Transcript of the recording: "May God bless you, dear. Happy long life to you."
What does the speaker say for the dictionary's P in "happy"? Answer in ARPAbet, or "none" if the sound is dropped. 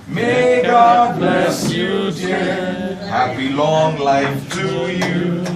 B